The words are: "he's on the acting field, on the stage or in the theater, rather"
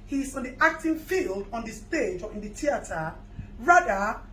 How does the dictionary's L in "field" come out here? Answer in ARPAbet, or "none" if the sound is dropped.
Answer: L